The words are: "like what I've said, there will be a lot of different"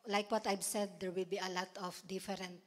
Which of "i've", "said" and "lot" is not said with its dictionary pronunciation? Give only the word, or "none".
i've